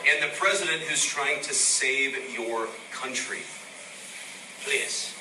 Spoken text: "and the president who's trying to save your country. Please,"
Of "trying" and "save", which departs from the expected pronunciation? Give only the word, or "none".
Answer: none